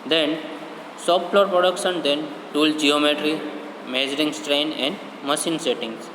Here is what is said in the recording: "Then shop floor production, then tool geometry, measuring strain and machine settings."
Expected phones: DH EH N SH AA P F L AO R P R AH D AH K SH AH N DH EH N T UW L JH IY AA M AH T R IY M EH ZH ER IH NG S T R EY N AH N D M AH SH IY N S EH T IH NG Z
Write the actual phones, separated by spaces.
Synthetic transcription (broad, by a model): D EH N S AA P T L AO R P R AH D AH K SH AH N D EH N T UW L JH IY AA M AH T R IY M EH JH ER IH NG S T R EY N AH N D M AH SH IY N S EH T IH NG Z